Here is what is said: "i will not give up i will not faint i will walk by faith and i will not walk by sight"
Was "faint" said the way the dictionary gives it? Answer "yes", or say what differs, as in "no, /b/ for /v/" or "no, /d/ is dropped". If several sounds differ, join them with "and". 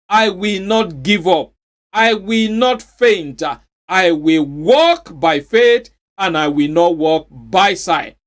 yes